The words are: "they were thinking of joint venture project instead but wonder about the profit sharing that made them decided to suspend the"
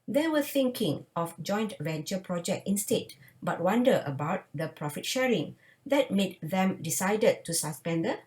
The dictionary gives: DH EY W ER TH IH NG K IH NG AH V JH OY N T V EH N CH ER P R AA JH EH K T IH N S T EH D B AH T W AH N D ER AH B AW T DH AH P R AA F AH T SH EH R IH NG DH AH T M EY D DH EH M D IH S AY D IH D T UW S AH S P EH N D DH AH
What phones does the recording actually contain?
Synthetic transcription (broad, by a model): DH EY W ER TH IH NG K IH NG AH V JH OY N T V EH N CH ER P R AA JH EH K T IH N S T EH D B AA T W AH N D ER AH B AW T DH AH P R AA F AH T SH EH R IH NG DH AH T M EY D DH EH M D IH S AY D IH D T UW S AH S P EH N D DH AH